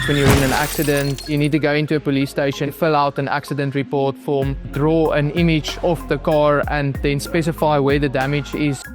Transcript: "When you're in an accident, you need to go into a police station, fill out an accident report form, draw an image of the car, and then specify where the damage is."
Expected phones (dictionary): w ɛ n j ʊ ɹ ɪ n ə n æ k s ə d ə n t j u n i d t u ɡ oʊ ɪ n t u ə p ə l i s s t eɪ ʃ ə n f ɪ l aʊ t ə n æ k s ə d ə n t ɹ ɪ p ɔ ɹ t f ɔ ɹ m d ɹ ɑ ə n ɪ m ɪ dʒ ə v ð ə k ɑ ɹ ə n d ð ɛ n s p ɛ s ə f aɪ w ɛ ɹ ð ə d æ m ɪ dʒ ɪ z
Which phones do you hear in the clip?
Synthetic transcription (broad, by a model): w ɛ n j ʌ ɹ ɪ n ə n æ k s ə d ə n t j u n i d t u ɡ oʊ ɪ n t u ə p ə l i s s t eɪ ʃ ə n f ɪ l aʊ t ə n æ k s ə d ə n t ɹ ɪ p ɔ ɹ t f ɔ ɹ m d ɹ ɑ ə n ɪ m ɪ dʒ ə f ð ə k ɑ ɹ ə n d ð ɛ n s p ɛ s ə f aɪ w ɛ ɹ ð ə d æ m ɪ dʒ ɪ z